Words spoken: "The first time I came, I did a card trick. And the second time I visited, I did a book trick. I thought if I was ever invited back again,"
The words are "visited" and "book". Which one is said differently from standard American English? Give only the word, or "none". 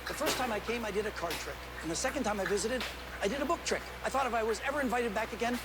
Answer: none